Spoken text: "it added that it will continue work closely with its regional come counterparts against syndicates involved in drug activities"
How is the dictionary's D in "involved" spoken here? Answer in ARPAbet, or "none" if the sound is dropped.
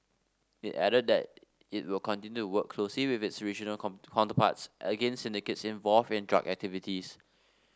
none